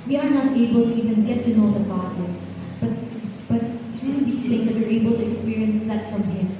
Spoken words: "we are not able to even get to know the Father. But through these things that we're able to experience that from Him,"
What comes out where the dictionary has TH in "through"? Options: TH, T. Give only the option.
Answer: T